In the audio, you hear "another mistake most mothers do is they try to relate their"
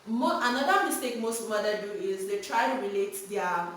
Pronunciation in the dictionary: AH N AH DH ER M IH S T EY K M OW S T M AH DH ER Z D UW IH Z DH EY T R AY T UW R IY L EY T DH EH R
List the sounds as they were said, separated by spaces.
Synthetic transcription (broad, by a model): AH N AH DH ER M IH S T EY K M OW S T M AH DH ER D UW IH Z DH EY T R AY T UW R IY L EY T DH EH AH